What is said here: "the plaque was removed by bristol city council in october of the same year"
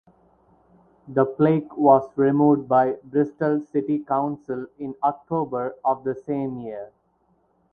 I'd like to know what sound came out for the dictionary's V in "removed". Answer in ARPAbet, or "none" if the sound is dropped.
none